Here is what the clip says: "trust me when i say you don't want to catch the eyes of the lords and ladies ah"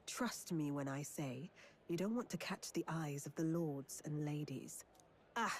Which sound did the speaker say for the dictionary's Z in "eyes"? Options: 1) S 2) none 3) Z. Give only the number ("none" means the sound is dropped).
3